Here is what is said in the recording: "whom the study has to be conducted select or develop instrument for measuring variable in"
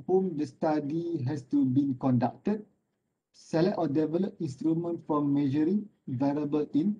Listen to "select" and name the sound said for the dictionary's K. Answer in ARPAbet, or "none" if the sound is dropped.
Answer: none